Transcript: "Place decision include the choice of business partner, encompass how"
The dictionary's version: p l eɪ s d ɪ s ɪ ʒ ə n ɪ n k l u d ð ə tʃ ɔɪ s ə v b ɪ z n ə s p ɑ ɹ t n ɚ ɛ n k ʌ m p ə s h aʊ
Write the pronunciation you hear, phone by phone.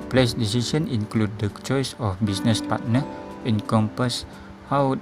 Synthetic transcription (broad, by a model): p l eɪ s d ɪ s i s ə n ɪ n k l u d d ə tʃ ɔɪ s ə f b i s n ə s p ɑ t n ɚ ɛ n k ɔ m p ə s h aʊ